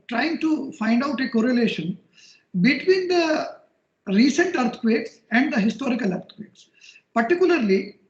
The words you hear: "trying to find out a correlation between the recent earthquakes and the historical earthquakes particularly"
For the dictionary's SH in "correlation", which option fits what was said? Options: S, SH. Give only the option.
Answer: SH